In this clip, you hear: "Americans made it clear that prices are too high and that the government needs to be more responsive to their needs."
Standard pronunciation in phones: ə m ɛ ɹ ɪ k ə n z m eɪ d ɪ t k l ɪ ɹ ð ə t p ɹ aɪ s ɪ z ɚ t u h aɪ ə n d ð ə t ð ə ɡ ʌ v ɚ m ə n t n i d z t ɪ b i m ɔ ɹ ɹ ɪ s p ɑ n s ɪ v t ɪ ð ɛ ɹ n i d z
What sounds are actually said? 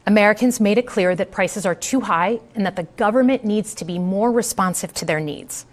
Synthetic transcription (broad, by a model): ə m ɛ ɹ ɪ k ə n z m eɪ d ɪ t k l ɪ ɹ ð ə t p ɹ aɪ s ɪ z ɚ t u h aɪ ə n ð ə t ð ə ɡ ʌ v ɚ m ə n n i d z t ɪ b i m ɔ ɹ ɹ ɪ s p ɑ n s ɪ v t ɪ ð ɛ ɹ n i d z